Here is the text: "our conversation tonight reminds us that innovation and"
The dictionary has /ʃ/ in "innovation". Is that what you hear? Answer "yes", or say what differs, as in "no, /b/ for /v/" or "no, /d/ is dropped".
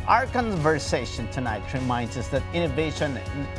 no, /ʃ/ is dropped